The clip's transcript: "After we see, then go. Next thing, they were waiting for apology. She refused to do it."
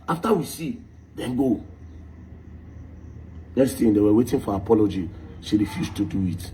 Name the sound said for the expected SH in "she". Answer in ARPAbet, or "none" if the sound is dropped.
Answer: S